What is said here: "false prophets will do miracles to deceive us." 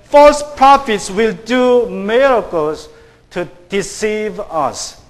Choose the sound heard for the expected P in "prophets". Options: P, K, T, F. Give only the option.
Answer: P